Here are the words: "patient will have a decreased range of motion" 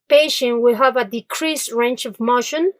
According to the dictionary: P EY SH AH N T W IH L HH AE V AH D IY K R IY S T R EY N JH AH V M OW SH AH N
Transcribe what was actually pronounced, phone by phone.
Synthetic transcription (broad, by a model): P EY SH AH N W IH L HH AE V AH D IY K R IY S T R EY N CH AH V M OW SH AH N